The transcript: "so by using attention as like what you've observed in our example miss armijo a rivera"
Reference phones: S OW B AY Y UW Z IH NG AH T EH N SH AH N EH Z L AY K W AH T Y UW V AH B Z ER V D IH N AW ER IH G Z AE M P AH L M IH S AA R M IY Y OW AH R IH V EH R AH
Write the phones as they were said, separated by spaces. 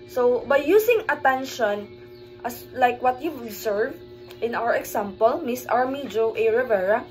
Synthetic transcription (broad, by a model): S OW B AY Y UW S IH NG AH T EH N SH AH N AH S L AY K W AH T Y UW AH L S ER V IH N AW ER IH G S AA M P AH L M IH S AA R M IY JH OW AH R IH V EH R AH